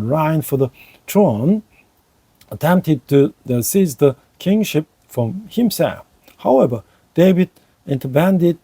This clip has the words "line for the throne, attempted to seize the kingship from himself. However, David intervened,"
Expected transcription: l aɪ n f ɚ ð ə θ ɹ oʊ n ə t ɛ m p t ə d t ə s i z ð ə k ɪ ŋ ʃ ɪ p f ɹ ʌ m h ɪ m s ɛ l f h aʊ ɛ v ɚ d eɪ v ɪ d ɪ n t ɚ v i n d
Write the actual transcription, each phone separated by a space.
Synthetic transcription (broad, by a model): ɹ aɪ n f ɚ ð ə t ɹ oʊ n ə t ɛ m p t ə d t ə s i z ð ə k ɪ ŋ ʃ ɪ p f ɹ ʌ m h ɪ m s ɛ l f h aʊ ɛ v ɚ d eɪ v ɪ d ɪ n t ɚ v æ n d